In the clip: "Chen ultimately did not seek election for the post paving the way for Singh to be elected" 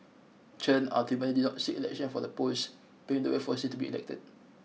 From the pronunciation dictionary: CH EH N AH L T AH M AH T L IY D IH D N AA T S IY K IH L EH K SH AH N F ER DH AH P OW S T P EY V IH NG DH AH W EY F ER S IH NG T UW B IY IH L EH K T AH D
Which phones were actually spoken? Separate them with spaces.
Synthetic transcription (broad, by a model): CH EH N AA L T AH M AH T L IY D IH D N AA T S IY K IH L EH K SH AH N F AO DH AH P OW S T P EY IH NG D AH W EY F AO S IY T UW B IY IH L EH K T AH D